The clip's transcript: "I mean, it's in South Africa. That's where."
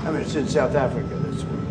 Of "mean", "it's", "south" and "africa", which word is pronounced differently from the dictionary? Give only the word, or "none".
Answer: none